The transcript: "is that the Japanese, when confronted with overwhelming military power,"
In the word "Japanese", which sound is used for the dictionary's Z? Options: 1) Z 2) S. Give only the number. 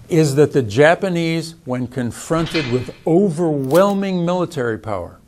1